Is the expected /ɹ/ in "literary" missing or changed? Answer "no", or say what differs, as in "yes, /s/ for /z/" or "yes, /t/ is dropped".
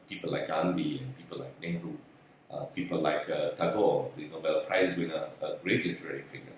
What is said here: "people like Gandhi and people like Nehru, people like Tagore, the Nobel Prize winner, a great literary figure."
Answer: no